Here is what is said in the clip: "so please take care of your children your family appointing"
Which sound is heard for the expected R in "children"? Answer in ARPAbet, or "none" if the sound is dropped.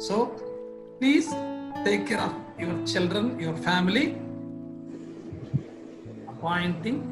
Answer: R